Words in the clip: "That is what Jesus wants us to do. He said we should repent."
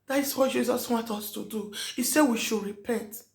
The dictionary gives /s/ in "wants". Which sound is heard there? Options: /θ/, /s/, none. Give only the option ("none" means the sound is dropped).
none